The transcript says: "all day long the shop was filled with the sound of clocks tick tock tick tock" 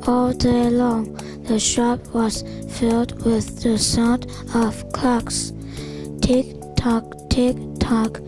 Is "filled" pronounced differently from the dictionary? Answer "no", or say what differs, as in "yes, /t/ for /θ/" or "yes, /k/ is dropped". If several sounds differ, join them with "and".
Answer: no